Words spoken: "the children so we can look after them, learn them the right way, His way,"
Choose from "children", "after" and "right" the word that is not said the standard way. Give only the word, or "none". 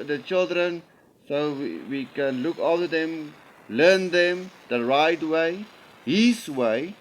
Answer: after